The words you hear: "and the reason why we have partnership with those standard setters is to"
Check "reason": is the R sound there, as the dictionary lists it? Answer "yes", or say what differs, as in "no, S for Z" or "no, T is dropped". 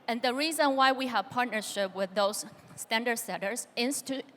yes